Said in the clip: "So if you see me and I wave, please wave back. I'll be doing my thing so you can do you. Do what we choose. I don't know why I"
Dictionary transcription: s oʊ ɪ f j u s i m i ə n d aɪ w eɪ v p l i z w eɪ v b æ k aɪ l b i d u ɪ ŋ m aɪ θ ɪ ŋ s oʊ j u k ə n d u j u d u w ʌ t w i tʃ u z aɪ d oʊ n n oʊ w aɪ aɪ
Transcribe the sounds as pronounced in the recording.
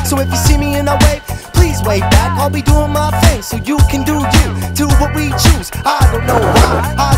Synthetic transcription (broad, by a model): s oʊ ɪ f j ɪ s i m i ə n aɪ w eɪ p l i z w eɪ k b æ k aɪ l b i d u ɪ ŋ m aɪ f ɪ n s oʊ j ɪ k ə n d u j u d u w ʌ t w i tʃ u z aɪ d oʊ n n oʊ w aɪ aɪ